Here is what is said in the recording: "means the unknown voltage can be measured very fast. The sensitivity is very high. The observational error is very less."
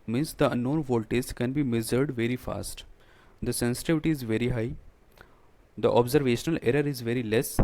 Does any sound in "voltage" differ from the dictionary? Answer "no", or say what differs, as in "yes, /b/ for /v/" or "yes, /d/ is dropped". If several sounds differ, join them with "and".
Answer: yes, /z/ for /dʒ/